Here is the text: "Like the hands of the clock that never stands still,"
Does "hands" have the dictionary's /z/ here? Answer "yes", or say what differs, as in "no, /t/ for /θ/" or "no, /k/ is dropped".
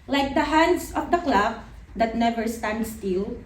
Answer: no, /s/ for /z/